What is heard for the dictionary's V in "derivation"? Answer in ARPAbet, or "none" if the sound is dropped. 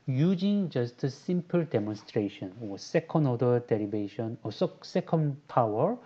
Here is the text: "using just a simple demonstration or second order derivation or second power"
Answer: B